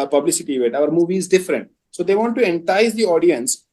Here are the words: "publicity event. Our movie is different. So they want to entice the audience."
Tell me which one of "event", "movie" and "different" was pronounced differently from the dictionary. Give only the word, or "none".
event